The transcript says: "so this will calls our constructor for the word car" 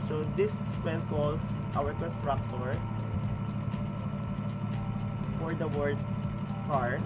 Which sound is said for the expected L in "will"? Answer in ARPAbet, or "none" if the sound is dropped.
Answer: N